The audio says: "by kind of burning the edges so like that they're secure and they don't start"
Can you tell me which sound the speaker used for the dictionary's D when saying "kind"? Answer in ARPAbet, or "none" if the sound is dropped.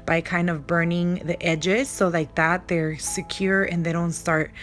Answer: D